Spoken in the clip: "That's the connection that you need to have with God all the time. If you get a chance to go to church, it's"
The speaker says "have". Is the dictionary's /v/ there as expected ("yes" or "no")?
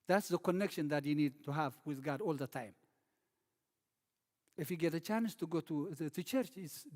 yes